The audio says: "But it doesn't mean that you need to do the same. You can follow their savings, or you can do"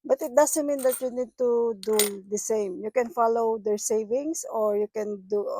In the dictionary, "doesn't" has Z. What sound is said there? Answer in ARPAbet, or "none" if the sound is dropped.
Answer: S